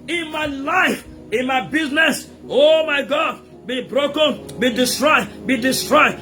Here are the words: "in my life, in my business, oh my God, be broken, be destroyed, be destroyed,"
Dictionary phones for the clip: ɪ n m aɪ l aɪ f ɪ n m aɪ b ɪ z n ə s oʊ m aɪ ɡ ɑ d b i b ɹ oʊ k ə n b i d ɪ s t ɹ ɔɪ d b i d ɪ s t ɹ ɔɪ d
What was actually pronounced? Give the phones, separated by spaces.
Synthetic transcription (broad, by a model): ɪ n m aɪ l aɪ f ɪ n m aɪ b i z n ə s oʊ m aɪ ɡ ɑ d b i b ɹ oʊ k ə n b i d ɪ s t ɹ ɔɪ d b i d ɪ s t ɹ ɔɪ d